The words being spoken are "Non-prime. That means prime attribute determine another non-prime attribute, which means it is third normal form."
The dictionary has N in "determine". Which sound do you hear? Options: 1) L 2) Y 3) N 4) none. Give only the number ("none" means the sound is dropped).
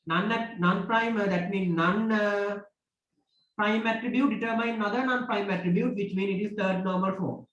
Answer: 4